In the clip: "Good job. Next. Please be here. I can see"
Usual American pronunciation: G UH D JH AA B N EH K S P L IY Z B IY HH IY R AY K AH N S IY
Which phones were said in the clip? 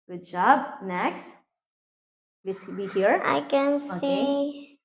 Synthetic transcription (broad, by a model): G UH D JH AA B N EH K S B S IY B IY HH IY R AY K AH N S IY